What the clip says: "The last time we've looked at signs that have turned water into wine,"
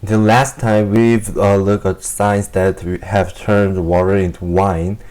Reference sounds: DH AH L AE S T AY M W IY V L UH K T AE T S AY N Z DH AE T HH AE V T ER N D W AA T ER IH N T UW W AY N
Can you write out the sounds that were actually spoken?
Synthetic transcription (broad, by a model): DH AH L AE S T AY M W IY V L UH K AE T S AY N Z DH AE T HH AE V T ER N D W AA T ER IH N T UW W AY N